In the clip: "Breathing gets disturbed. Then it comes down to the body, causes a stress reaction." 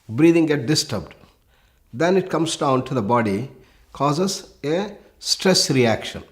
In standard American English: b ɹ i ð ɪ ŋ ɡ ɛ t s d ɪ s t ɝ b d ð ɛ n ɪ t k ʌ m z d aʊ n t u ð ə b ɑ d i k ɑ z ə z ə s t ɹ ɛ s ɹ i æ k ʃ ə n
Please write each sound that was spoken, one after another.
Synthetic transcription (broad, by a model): b ɹ i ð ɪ ŋ ɡ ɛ t d ɪ s t ɝ b d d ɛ n ɪ t k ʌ m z d aʊ n t u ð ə b ɑ d i k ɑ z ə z ə s t ɹ ɛ s ɹ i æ k ʃ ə n